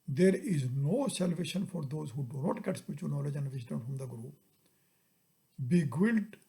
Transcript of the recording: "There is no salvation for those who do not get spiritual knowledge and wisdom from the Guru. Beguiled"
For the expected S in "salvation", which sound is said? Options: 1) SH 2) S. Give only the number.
2